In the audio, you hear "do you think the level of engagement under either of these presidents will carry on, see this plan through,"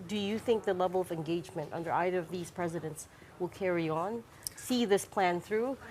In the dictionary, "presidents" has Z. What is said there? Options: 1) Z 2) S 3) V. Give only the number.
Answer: 1